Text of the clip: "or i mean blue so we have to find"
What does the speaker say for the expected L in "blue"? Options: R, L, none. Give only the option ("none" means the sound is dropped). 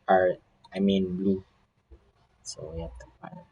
L